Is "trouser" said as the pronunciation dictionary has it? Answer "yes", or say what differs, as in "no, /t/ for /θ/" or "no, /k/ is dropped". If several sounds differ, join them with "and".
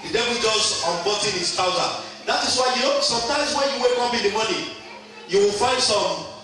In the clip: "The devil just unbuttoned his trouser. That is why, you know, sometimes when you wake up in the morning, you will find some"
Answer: no, /ɹ/ is dropped